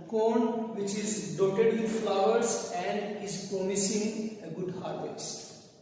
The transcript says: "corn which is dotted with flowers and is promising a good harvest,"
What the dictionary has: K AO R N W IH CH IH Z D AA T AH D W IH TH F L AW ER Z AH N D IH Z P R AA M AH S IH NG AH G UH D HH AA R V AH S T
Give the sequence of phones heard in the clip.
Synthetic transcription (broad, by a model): K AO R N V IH CH IH Z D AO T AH D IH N F L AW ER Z AH N D IH Z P AO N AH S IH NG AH G UH D HH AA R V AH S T